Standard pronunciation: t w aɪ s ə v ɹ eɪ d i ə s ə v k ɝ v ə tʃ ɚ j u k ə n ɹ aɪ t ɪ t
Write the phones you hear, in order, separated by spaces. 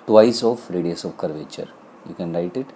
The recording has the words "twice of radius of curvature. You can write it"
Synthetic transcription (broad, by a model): t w aɪ s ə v ɹ eɪ d i ə s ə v k ɝ v ə tʃ ɚ j u k ə n ɹ aɪ t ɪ t